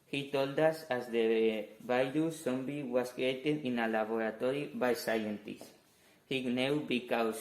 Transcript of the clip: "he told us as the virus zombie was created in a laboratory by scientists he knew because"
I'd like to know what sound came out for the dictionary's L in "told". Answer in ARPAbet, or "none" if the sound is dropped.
L